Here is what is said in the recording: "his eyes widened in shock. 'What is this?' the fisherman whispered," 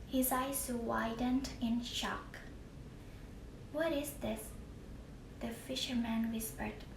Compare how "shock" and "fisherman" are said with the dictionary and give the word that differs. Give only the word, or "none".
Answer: none